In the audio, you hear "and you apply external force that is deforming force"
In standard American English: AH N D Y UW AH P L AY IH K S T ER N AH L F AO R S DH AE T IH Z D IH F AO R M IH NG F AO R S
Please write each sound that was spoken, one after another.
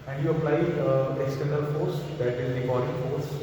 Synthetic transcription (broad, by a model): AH N D Y UW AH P L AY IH S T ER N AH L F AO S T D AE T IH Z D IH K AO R IH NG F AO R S